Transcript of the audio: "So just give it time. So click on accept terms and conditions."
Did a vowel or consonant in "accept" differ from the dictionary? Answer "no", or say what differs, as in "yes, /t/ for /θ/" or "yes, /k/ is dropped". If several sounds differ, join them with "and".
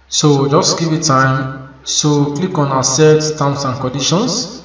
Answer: yes, /k/ is dropped and /p/ is dropped